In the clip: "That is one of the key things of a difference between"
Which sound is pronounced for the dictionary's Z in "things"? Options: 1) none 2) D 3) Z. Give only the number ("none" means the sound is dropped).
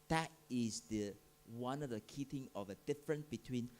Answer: 1